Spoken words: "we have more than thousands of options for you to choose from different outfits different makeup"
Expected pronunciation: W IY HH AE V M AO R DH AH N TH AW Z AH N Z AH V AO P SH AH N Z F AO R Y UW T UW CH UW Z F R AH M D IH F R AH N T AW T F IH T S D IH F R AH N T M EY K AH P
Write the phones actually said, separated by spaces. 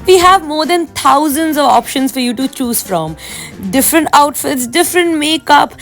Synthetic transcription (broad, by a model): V IY HH AE V M AO R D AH N T AW Z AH N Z AH V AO P SH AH N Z F AO R Y UW T UW CH UW Z F R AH M D IH F R AH N T AW T F IH T S D IH F R AH N T M EY K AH P